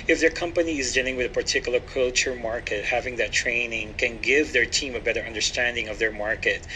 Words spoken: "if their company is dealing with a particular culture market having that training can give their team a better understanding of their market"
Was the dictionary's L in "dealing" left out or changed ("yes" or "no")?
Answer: no